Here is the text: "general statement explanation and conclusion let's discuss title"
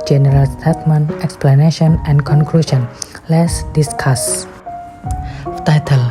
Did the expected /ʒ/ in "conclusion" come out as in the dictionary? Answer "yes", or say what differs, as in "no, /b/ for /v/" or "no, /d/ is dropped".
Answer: no, /ʃ/ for /ʒ/